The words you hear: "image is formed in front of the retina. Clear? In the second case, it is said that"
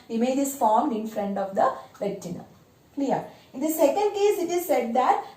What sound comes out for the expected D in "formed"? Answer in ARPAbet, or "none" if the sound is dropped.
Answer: D